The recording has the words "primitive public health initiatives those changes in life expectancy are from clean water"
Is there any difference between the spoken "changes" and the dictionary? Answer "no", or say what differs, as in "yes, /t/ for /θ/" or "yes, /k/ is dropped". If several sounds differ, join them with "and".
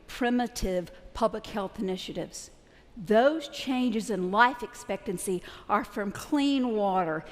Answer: no